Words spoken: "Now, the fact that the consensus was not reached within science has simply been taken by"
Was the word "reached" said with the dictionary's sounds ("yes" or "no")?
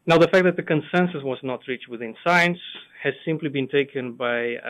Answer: yes